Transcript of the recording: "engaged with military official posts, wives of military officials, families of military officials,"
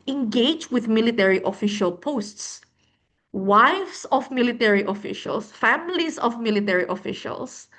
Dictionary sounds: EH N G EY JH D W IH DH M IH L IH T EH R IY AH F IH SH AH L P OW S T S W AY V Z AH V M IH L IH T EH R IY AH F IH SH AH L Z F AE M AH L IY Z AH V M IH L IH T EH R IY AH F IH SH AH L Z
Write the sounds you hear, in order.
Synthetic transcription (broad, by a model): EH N G EY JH W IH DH M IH L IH T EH R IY AH F IH SH AH L P OW S T S W AY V S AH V M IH L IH T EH R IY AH F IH SH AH L S F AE M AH L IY S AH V M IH L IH T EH R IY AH F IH SH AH L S